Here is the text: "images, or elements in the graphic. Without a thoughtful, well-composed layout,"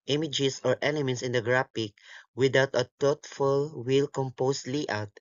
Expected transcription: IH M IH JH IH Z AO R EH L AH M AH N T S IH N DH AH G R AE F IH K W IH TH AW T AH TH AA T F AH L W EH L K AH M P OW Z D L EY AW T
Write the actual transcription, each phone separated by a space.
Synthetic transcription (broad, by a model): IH M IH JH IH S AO R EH L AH M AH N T S IH N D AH G R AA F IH K W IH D AW T AH T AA T F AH L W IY L K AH M P OW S L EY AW T